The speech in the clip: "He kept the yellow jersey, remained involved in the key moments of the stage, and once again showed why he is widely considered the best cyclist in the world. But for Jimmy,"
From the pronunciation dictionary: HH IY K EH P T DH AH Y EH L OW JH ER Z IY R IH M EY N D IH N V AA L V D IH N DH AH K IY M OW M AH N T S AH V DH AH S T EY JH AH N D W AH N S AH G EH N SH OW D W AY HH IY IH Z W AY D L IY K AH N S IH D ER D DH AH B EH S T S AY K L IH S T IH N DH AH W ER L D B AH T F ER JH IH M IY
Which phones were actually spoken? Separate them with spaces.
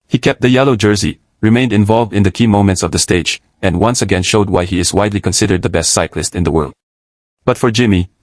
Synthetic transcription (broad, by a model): HH IY K EH P T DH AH Y EH L OW JH ER Z IY R IH M EY N D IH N V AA L V D IH N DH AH K IY M OW M AH N T S AH V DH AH S T EY JH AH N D W AH N S AH G EH N SH OW D W AY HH IY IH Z W AY D L IY K AH N S IH D ER D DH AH B EH S T S AY K L IH S T IH N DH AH W ER L D B AH T F ER JH IH M IY